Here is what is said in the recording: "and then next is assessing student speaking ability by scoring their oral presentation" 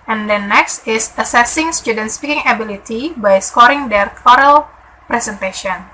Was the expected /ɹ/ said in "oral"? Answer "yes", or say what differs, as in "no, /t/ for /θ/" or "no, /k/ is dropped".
yes